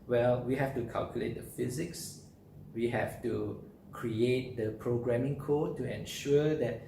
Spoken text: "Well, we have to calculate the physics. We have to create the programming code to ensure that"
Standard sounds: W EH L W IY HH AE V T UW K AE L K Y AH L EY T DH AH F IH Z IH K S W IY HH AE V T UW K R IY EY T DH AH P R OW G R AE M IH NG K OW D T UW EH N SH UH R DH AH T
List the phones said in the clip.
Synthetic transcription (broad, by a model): W EH L W IY HH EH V T UW K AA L K Y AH L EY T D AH F IH Z IH K S W IY HH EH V T UW K R IY EY T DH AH P R OW G R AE M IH NG K OW D T UW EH N SH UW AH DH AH T